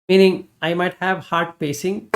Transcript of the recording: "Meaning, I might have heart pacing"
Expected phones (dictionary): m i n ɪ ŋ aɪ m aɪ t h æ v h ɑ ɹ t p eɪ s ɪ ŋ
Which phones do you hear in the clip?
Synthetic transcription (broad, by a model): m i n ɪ ŋ aɪ m aɪ t h æ v h ɑ ɹ t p eɪ s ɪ ŋ